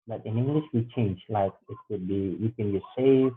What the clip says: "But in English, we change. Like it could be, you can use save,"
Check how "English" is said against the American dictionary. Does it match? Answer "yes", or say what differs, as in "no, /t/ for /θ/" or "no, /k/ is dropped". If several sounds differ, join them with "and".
yes